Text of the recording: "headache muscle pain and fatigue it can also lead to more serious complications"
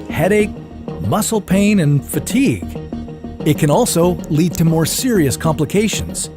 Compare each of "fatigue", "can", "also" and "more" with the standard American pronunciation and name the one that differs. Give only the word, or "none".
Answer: none